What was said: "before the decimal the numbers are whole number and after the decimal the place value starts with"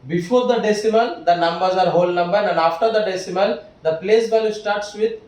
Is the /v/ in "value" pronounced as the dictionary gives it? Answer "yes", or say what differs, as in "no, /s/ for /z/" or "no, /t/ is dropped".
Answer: no, /b/ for /v/